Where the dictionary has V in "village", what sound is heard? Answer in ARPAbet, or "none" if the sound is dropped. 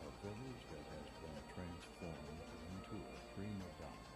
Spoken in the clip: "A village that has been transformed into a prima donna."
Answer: V